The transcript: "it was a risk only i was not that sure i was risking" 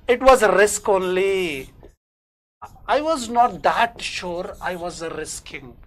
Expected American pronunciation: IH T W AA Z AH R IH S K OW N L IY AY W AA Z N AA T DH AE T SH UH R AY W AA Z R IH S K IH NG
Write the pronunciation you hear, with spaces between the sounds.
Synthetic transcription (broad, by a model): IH T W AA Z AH R IH S K OW N L IY AY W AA Z N AA T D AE T SH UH R AY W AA Z R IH S K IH NG